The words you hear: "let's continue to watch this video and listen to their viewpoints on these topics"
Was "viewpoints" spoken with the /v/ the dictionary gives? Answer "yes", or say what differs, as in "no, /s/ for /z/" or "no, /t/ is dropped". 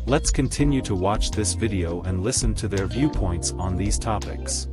yes